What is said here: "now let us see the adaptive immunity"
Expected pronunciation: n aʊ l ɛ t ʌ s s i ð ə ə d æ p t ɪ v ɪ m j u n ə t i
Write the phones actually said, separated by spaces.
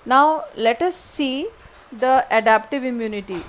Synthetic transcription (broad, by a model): n aʊ l ɛ t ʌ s s i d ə ə d æ p t ɪ v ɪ m j u n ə t i